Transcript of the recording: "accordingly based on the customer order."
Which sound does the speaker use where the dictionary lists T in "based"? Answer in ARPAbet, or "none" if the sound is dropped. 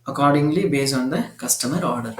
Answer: none